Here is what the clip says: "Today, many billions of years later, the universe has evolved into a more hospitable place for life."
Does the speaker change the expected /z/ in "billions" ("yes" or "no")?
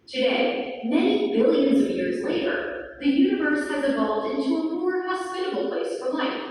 no